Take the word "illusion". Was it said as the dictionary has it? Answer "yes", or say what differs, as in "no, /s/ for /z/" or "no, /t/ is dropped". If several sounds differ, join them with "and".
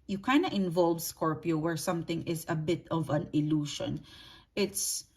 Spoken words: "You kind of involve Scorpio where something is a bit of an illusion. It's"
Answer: no, /ʃ/ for /ʒ/